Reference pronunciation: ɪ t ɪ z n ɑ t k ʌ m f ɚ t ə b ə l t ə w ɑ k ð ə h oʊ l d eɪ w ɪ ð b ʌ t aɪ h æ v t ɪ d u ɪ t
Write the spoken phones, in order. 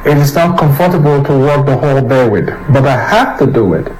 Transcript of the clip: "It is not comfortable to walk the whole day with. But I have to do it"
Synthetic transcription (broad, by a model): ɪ t ɪ z n ɑ t k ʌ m f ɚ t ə b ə l t ə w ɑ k ð ə h oʊ l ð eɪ w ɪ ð b ʌ t aɪ h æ f t ɪ d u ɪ t